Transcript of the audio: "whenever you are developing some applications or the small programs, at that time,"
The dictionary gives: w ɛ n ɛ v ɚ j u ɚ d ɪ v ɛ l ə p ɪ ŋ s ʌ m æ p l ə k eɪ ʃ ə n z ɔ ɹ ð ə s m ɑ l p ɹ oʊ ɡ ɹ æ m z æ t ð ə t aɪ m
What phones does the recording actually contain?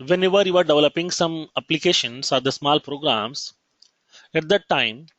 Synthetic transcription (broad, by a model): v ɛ n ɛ v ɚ j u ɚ d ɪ v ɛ l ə p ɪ ŋ s ʌ m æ p l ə k eɪ ʃ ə n s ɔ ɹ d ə s m ɑ l p ɹ oʊ ɡ ɹ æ m s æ t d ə t aɪ m